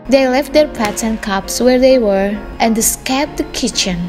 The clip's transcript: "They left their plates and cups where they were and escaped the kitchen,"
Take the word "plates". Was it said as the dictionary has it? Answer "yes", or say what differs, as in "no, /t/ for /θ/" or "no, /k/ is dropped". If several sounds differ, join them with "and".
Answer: no, /l/ is dropped